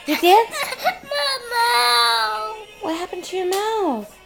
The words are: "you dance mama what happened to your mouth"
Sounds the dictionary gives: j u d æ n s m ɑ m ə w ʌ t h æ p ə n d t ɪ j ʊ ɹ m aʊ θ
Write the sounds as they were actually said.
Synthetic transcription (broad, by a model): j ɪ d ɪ s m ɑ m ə w ʌ t h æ p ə n t ɪ j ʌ ɹ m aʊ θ